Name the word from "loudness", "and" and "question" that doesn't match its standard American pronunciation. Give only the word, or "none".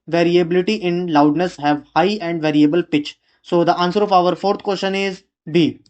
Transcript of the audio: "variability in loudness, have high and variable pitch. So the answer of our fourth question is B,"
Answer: none